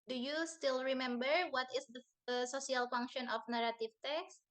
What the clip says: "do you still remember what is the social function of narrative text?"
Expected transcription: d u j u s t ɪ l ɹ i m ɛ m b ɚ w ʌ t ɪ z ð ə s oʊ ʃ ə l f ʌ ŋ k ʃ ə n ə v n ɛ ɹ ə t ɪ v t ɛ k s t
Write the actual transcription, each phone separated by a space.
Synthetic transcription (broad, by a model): d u j u s t ɪ l ɹ i m ɛ m b ɚ w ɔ t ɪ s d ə s oʊ s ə l f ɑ ŋ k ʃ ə n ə f n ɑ ɹ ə t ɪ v t ɛ k s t